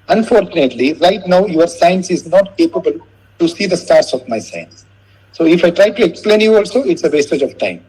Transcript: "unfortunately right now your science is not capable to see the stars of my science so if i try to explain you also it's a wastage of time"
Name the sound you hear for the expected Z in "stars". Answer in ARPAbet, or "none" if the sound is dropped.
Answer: S